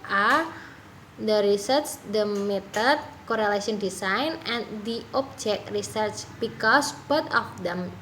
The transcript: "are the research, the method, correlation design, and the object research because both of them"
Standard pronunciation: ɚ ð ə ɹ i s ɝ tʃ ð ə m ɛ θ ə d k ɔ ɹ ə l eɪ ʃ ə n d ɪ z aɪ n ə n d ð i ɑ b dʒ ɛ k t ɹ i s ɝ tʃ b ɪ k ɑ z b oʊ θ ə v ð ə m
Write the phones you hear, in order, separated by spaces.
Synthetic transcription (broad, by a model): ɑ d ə ɹ i s ɝ tʃ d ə m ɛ t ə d k ɔ ɹ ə l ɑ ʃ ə n d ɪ s aɪ n ə n d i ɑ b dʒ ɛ k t ɹ i s ɝ tʃ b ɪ k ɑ s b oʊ t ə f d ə m